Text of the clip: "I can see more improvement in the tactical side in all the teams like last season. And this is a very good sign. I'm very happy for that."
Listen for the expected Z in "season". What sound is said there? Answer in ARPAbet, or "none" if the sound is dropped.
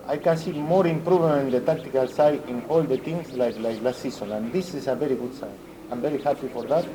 S